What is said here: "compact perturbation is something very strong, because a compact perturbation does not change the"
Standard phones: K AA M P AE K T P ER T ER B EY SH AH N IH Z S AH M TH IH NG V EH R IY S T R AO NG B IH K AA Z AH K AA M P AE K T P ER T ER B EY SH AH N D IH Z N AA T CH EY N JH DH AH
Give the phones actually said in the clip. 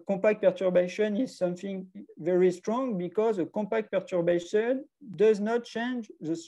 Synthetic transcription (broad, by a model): K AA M P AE K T P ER T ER B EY SH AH N IH Z S AH M TH IH NG V EH R IY S T R AO NG B IH K AA Z AH K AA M P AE K T P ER T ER B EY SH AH N D IH Z N AA T CH EY N JH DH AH